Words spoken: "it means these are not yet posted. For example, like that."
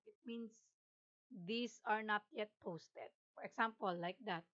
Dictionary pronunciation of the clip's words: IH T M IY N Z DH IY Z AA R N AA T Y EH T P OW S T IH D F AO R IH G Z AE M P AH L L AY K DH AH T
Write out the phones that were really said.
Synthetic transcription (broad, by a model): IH T M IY N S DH IY S AA R N AA T Y EH T P OW S T IH D F AO R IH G S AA M P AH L L AY K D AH T